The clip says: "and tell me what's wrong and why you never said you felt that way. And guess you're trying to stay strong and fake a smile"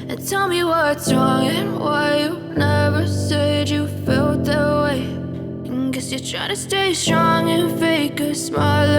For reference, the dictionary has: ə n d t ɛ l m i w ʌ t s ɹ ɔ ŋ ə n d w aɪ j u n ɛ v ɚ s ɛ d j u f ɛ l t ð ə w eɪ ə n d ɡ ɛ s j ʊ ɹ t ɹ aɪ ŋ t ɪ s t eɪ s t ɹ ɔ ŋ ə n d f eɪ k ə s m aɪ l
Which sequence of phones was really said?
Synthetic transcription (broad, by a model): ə n t ɛ l m i w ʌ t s ɹ ɔ ŋ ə n w aɪ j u n ɛ v ɚ s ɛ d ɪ f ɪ l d ð ə w eɪ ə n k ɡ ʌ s j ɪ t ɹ aɪ t ɪ s t eɪ s t ɹ ɔ ŋ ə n f eɪ k ə s m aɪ l